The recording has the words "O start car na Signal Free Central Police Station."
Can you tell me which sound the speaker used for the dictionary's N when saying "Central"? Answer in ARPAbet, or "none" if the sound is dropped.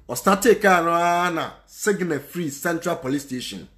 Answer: N